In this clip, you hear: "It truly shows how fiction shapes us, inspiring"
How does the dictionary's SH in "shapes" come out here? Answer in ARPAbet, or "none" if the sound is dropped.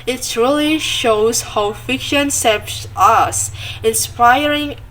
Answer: S